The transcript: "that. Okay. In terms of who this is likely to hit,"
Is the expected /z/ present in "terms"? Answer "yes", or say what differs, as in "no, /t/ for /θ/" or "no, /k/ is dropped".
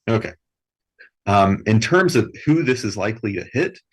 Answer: yes